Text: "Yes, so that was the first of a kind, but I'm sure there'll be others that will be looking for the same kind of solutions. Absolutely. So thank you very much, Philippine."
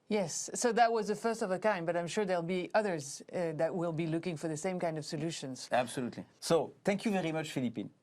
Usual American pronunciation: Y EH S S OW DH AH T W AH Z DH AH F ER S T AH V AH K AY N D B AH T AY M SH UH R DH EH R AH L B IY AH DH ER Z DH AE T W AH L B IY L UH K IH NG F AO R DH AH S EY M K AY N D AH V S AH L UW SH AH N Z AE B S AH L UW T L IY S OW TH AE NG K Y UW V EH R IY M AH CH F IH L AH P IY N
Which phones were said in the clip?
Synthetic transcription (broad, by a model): Y EH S S OW DH AH T W AH Z DH AH F ER S T AH V AH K AY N B AH T AY M SH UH R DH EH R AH L B IY AH DH ER Z DH AE T W AH L B IY L UH K IH NG F AO R DH AH S EY M K AY N D AH V S AH L UW SH AH N Z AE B S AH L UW T L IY S OW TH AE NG K Y UW V EH R IY M AH CH F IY L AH P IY N